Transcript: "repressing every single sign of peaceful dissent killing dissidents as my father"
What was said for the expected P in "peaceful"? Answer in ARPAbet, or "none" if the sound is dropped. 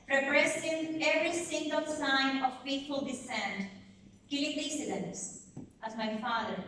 F